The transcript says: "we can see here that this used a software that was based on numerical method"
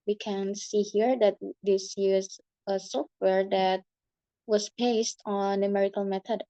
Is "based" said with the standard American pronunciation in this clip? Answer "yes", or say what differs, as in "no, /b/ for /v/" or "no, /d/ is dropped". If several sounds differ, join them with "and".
yes